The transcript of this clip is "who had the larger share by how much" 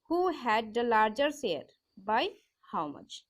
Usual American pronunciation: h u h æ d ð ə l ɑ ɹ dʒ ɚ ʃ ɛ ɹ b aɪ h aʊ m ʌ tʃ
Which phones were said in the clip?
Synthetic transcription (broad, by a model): h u h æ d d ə l ɑ ɹ dʒ ɚ s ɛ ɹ b aɪ h aʊ m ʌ tʃ